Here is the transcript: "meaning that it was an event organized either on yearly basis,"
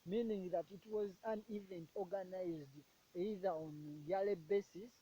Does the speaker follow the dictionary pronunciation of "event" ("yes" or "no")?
yes